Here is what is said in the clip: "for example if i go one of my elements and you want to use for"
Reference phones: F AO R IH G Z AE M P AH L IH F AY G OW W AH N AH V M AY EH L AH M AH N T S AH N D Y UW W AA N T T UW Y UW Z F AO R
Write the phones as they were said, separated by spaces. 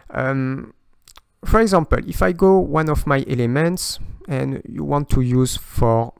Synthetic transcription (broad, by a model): F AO R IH G Z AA M P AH L IH F AY G OW W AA N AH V M AY EH L AH M AH N T S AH N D Y UW W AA N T T UW Y UW Z F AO R